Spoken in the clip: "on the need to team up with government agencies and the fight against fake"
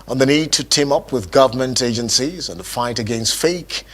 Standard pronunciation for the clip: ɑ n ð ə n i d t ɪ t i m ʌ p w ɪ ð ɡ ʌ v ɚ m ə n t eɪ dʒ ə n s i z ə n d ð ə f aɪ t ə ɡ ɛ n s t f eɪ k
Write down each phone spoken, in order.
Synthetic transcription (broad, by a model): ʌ n ð ə n i d t ɪ t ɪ m ʌ p w ɪ ð ɡ ʌ v ɚ m ə n t eɪ dʒ ə n s i z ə n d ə f aɪ t ə ɡ ɛ n s t f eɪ k